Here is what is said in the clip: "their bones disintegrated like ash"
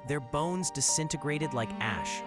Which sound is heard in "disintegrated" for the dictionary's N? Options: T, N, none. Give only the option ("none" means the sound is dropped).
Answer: N